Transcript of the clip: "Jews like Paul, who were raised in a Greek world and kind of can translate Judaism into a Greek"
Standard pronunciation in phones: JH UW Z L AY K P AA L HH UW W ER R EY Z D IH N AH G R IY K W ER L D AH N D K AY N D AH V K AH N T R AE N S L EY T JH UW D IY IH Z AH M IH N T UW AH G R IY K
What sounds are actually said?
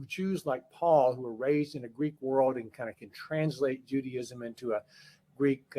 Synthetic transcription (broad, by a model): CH UW Z L AY K P AA L HH UW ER R EY Z D IH N AH G R IY K W ER L D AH N K AY N D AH K AH N T R AE N S L EY T JH UW D IY IH Z AH M IH N T UW AH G R IY K